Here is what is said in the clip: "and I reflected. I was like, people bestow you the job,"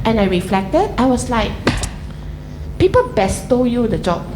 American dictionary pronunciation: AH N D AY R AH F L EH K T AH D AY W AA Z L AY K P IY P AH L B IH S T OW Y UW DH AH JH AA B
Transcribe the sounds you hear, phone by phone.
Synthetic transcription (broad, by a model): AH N AY R AH F L EH K T AH D AY W AA S L AY K P IY P AH L B IH S T OW Y UW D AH JH AA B